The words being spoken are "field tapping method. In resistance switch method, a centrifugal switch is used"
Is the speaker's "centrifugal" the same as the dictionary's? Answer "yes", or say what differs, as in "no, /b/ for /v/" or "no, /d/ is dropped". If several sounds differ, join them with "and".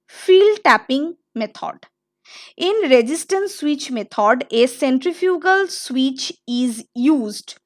yes